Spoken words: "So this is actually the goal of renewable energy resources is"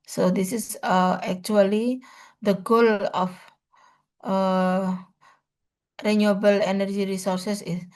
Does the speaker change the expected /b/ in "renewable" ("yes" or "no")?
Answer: no